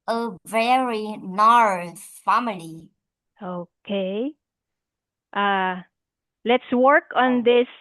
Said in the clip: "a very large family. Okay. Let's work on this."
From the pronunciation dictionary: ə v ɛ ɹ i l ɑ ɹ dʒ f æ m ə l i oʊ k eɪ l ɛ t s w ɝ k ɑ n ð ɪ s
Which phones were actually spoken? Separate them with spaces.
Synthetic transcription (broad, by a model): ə v ɛ ɹ i n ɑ ɹ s f æ m ə l i oʊ k eɪ l ɛ t s w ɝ k ɑ n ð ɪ s